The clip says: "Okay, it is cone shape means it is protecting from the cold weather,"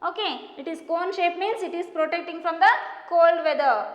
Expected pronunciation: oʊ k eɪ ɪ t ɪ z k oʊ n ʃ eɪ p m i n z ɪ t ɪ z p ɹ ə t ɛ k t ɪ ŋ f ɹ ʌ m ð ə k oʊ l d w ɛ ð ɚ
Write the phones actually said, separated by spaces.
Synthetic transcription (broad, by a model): oʊ k eɪ ɪ t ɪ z k oʊ n ʃ eɪ p m i n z ɪ t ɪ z p ɹ ə t ɛ k t ɪ ŋ f ɹ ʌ m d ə k oʊ l d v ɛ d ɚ